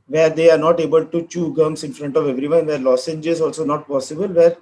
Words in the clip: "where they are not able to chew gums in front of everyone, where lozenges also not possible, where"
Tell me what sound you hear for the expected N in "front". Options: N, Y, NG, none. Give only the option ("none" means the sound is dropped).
N